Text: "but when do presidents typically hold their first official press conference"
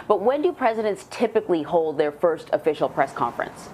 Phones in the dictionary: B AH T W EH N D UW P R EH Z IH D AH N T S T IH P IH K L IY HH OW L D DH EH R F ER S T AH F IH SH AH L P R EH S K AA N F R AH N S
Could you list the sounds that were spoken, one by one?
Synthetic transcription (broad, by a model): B AH T W EH N D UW P R EH Z IH D AH N T S T IH P IH K L IY HH OW L D DH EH R F ER S T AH F IH SH L P R EH S K AA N F R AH N S